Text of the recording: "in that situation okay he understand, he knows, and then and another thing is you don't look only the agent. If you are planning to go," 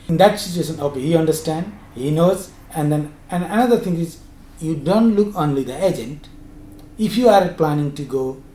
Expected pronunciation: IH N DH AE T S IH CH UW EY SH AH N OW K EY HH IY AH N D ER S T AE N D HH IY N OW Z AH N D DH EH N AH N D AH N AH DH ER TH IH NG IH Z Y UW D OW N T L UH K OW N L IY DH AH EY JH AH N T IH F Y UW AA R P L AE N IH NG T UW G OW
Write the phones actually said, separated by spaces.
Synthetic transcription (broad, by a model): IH N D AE T S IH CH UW EY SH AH N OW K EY HH IY AH N D ER S T AE N D HH IY N OW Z AH N D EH N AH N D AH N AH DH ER T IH NG IH Z Y UW D OW N T L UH K OW N L IY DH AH EY JH AH N T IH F Y UW AA R P L AE N IH NG T UW G OW